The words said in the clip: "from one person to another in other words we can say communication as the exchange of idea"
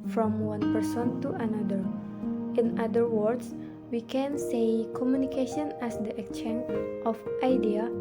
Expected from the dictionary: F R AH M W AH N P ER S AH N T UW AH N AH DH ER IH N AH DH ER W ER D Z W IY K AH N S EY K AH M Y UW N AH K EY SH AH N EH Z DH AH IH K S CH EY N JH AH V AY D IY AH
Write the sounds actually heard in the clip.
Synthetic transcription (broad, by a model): F R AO M W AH N P ER S AH N T UW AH N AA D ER IH N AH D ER W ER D S W IY K AH N S EY K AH M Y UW N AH K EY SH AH N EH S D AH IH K CH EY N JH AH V AY D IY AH